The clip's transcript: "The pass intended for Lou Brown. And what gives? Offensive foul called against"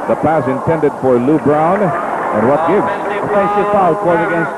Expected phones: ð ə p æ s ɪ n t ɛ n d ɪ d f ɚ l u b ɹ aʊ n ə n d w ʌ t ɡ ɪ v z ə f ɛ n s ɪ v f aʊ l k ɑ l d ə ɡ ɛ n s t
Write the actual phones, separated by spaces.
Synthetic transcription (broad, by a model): ð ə p æ s ɪ n t ɛ n d ɪ d f ɚ l u b ɹ aʊ n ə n w ʌ t ɡ ɪ v z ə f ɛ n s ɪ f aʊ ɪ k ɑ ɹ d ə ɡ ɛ n s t